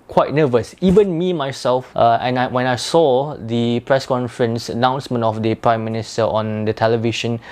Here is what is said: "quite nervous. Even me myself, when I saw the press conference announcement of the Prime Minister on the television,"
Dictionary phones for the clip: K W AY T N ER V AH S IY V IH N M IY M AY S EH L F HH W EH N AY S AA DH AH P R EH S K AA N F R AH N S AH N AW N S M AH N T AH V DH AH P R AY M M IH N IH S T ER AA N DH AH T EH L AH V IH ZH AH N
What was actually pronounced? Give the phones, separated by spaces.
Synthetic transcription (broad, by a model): K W AY T N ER V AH S IY V IH N M IY M AY S EH L F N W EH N AY S AA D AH P R EH S K AA N F R AH N S AH N AW N S M AH N T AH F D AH P R AY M M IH N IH S T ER AA N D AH T EH L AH V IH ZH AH N